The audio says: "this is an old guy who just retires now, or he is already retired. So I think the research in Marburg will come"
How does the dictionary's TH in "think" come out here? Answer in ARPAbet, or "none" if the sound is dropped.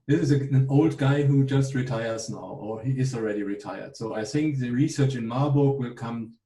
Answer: TH